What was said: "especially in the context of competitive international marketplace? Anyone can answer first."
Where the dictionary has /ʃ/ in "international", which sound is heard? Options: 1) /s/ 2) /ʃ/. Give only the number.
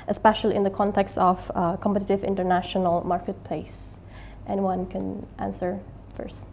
2